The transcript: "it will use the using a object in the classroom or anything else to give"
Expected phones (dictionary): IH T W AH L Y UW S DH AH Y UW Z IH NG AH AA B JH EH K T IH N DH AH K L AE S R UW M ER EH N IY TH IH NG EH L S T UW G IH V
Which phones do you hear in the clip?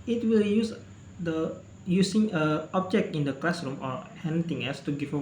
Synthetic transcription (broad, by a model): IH T W AH L Y UW S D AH Y UW S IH NG AH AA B JH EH K T IH N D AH K L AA S R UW M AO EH N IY T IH NG EH L S T UW G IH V